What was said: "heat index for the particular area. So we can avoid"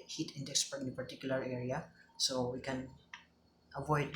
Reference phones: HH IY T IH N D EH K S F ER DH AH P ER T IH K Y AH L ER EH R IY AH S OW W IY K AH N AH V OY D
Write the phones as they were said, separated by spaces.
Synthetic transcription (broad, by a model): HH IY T IH N D EH K S P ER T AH P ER T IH K Y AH L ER EH R IY AH S OW W IY K AH N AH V OY D